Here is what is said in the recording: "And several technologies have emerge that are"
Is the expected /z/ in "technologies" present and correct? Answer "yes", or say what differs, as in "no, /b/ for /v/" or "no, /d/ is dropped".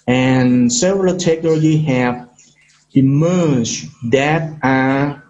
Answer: no, /z/ is dropped